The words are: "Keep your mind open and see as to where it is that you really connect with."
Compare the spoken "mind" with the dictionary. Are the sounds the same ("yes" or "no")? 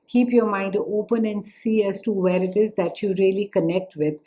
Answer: yes